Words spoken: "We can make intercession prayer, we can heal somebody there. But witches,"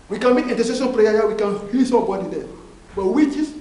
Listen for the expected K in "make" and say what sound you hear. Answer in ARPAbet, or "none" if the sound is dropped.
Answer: none